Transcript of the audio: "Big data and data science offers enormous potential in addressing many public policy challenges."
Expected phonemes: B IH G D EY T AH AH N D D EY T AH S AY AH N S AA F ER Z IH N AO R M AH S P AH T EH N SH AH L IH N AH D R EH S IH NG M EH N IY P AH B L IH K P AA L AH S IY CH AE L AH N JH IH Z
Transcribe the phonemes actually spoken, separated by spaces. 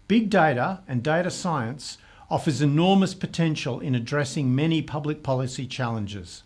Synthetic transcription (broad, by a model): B IH G D EY T AH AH N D D EY T AH S AY AH N S AA F ER Z IH N AO R M AH S P AH T EH N SH AH L IH N AH D R EH S IH NG M EH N IY P AH B L IH K P AA L AH S IY CH AE L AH N JH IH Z